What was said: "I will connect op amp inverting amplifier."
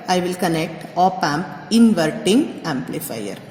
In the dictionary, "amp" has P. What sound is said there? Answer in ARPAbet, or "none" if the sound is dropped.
P